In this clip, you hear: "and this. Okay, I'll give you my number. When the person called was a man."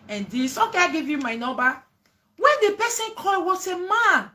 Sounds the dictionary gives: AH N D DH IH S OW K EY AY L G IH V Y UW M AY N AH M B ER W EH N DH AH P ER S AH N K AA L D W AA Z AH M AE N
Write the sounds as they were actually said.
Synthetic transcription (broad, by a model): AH N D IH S OW K EY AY G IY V Y UW M AY N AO B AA W EH N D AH P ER S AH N K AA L W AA S AH M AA N